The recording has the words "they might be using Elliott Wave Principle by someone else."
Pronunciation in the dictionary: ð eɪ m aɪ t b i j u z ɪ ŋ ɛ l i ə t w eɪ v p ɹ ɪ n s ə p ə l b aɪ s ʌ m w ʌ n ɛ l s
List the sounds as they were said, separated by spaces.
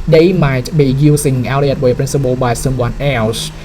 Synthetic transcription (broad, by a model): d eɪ m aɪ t b i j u s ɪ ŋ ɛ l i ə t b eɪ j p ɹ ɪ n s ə b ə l b aɪ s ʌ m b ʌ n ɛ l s